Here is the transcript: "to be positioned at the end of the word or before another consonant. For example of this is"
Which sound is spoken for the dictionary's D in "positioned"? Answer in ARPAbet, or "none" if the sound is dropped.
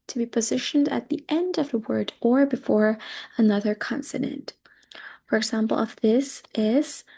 D